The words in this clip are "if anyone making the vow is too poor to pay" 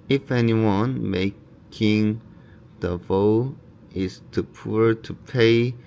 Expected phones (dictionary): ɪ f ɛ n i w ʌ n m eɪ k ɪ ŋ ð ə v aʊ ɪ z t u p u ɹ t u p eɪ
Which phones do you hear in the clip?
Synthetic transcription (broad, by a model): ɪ f ɛ n i w ʌ n m eɪ k ɪ ŋ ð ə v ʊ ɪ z t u p u ɹ t u p eɪ